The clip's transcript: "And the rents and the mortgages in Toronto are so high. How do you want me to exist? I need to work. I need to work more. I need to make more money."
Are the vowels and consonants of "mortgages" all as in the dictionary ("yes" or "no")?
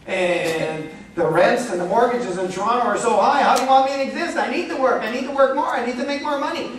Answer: yes